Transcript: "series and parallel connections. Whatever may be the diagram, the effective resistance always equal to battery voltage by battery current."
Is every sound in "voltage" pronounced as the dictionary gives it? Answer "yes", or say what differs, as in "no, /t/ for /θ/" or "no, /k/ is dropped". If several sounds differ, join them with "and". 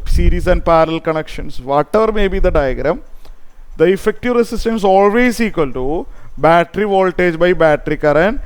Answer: yes